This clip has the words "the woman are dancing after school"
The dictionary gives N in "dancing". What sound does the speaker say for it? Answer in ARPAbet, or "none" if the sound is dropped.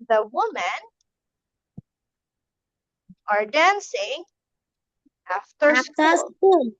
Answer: N